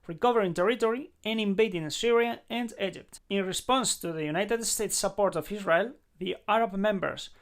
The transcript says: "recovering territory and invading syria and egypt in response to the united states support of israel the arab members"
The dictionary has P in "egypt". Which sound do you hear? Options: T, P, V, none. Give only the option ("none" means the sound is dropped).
P